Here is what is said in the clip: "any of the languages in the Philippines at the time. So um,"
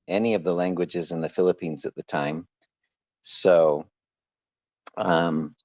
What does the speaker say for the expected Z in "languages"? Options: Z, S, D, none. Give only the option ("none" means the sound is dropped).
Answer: Z